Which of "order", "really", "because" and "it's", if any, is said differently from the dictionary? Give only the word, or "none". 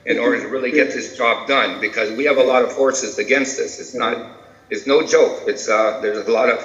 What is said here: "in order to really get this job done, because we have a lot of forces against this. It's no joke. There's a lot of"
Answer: none